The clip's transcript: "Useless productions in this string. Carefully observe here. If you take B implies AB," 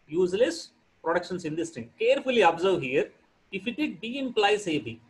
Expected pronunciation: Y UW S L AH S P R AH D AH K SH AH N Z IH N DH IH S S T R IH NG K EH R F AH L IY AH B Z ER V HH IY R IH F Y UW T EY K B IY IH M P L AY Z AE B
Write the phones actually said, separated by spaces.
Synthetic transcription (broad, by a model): Y UW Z L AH S P R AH D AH K SH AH N S IH N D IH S S T IH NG K EH R F AH L IY AH B Z ER V HH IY R IH F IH T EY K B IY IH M P L AY S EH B